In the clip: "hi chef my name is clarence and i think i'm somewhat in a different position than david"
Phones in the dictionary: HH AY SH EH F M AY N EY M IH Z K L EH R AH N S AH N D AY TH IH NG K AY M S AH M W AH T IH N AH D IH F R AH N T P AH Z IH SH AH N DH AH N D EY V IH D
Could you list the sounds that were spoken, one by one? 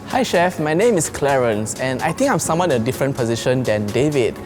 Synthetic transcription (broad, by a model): HH AY SH EH F M AY N EY M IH S K L EH R AH N S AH N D AY T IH NG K AY M S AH M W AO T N AH D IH F R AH N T P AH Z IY SH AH N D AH N D EY V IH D